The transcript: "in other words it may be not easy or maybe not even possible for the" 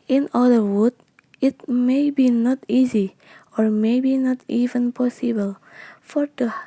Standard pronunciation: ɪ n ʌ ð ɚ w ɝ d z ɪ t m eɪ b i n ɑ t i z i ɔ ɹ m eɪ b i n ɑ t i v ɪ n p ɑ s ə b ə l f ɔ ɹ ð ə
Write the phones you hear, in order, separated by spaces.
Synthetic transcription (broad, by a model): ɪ n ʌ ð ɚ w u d ɪ t m eɪ b i n ɑ t i z i ɔ ɹ m eɪ b i n ɑ t i v ɪ n p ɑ s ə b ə l f ɔ ɹ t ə